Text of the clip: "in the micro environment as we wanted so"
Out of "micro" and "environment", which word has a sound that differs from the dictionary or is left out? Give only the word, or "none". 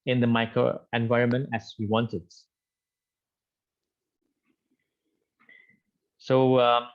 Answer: none